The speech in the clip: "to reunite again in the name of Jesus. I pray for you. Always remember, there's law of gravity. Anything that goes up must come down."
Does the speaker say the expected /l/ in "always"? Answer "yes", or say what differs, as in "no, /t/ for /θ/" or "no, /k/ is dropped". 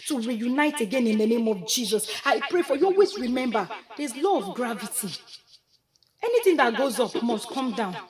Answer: no, /l/ is dropped